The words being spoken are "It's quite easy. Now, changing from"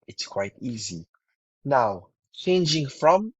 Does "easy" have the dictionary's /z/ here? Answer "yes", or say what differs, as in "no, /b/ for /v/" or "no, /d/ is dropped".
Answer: yes